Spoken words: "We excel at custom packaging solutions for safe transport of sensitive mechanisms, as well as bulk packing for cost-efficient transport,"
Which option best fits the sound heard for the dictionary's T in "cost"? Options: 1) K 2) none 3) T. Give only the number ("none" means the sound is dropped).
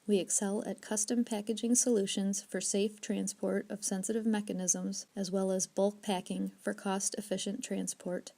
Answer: 3